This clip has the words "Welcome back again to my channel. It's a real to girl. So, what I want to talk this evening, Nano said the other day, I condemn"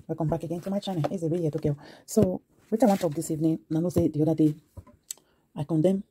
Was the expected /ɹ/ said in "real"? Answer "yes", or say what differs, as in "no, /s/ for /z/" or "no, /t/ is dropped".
no, /w/ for /ɹ/